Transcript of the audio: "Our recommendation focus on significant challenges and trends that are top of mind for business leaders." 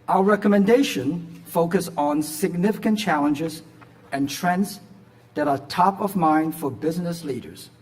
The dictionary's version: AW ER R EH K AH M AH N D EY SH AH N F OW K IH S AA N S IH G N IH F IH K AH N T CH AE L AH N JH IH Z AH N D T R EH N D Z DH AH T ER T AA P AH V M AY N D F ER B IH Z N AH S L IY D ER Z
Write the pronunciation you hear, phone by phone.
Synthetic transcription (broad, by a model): AW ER R EH K AH M AH N D EY SH AH N F OW K IH S N S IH G N IH F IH K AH N CH AE L AH N JH IH Z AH N T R EH N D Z DH AH T ER T AA P AH V M AY N D F ER B IH Z N AH S L IY D ER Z